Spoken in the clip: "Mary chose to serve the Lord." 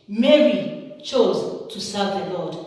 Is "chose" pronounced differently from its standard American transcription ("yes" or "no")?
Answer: no